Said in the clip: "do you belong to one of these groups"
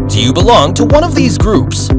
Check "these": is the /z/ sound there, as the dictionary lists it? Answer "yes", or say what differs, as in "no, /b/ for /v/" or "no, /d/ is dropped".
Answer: yes